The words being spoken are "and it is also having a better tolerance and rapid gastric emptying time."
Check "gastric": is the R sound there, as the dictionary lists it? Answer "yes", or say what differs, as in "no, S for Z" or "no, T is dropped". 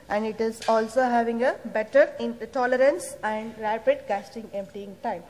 no, R is dropped